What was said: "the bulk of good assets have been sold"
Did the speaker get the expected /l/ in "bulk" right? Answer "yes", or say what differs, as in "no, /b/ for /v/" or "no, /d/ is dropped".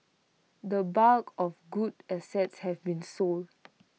no, /l/ is dropped